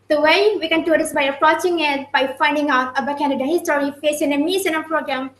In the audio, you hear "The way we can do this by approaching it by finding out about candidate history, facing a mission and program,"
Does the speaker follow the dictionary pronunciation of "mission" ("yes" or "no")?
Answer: no